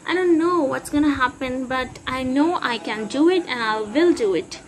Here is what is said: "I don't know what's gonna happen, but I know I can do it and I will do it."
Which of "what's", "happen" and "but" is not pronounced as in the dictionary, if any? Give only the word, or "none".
none